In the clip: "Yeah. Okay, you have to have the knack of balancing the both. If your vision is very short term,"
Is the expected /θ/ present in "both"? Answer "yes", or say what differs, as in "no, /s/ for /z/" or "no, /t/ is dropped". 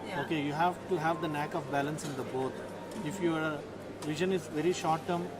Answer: no, /t/ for /θ/